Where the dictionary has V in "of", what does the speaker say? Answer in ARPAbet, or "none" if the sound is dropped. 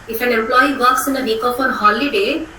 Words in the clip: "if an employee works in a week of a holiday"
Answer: P